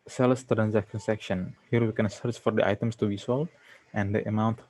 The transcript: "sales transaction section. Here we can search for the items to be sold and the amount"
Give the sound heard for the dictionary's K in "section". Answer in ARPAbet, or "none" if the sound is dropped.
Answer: K